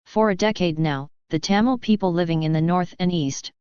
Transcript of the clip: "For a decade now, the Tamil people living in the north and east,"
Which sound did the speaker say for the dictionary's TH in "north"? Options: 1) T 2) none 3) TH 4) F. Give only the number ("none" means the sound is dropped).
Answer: 3